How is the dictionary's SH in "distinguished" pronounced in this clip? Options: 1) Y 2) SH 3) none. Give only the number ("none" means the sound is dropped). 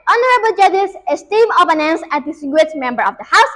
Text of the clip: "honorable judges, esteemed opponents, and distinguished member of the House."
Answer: 3